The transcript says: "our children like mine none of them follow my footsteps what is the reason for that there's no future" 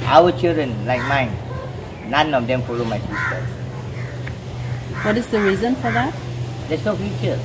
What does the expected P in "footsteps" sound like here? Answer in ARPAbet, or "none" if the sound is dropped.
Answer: none